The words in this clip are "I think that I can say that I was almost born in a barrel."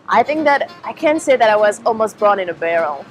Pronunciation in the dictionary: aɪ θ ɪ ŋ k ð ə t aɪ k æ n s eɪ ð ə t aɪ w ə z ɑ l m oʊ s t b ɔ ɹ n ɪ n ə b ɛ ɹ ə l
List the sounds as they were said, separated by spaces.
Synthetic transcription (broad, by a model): aɪ θ ɪ ŋ k ð ə t aɪ k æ n s eɪ ð ə t aɪ w ə z ɑ l m oʊ s t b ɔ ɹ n ɪ n ə b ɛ ɹ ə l